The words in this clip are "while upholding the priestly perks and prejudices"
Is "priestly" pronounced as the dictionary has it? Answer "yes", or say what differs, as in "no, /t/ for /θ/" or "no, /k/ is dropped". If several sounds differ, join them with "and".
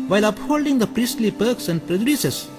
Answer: yes